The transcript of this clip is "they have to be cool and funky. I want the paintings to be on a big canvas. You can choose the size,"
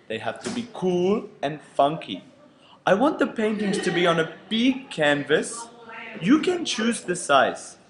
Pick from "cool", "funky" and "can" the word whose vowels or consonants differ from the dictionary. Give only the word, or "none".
none